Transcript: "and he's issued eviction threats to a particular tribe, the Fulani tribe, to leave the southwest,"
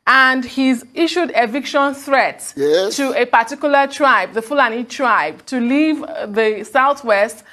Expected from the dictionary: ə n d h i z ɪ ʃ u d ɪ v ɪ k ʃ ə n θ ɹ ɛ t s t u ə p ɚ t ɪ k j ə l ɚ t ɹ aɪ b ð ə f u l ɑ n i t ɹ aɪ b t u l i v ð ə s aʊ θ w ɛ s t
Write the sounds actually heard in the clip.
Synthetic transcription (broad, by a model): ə n d h i z ɪ ʃ u d ɪ v ɪ k ʃ ə n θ ɹ ɛ t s t u ə p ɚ t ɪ k j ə l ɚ t ɹ aɪ b ð ə f u l ɑ n i t ɹ aɪ b t u l i v ð ə s aʊ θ w ɛ s t